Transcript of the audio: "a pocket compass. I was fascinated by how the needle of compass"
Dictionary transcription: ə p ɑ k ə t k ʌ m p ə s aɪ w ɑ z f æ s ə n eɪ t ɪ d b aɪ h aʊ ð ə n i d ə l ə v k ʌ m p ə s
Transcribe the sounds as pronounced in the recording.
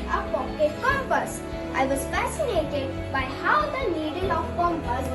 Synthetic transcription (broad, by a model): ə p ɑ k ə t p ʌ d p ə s aɪ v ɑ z f æ s ə n eɪ t ɪ d b aɪ h aʊ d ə l i d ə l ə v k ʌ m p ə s